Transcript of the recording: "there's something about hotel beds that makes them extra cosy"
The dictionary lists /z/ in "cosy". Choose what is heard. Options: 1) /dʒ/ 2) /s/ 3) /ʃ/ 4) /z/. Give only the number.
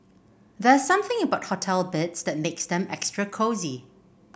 4